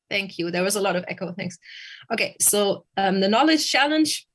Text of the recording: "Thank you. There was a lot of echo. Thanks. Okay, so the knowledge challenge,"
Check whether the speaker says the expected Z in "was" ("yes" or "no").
yes